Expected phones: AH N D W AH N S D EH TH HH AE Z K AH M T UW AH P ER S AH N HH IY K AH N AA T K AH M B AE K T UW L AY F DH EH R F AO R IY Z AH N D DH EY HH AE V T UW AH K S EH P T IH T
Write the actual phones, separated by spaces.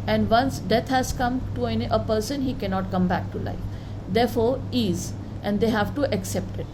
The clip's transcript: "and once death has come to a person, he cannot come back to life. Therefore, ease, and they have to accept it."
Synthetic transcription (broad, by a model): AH N D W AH N S D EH T HH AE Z K AH M T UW AH P ER S AH N HH IY K AH N AA T K AH M B AE K T UW L AY F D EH R F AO R IY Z AH N D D EY HH AE V T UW AH K S EH P T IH T